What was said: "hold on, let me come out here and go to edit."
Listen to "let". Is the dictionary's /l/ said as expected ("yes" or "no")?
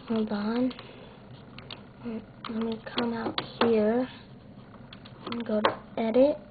no